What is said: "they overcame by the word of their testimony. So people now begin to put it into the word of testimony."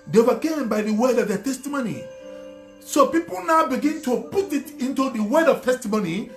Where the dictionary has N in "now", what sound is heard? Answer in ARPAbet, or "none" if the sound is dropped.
N